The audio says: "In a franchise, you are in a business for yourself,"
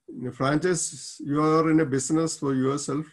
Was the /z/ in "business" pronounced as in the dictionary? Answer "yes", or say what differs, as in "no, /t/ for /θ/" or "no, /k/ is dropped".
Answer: no, /s/ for /z/